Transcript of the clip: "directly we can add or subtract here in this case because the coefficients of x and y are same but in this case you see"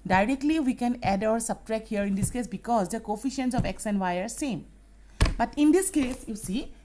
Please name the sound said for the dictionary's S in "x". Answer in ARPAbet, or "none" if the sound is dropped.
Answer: S